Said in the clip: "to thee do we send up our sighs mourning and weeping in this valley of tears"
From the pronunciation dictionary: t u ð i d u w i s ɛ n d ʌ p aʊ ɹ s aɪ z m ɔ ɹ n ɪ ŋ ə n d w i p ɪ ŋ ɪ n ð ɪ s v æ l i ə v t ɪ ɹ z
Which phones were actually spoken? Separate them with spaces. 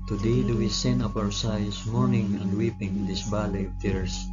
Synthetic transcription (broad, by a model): t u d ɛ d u w i s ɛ n ʌ p aʊ ɹ s aɪ s m ɔ ɹ n ɪ ŋ ə n d w i p ɪ ŋ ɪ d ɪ s b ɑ l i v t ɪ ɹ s